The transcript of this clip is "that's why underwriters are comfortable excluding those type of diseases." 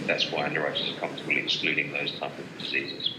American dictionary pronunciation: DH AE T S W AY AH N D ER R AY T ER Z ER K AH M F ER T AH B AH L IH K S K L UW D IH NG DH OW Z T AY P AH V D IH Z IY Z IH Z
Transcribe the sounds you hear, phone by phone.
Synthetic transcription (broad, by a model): DH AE T S W AY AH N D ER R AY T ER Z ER K AH M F T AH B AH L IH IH S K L UW D IH NG DH OW Z T AY P AH V D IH Z IY Z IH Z